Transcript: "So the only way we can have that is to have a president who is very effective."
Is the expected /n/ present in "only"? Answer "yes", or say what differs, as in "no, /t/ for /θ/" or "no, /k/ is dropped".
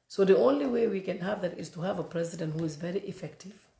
yes